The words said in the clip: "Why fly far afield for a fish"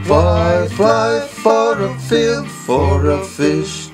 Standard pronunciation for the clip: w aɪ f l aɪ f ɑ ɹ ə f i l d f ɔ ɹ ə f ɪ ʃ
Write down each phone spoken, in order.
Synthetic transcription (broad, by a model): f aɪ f aɪ f ɑ ɹ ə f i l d f ɔ ɹ ə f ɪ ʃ